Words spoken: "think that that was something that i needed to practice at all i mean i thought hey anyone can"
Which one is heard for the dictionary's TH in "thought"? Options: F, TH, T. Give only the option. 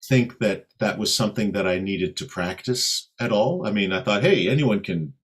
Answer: TH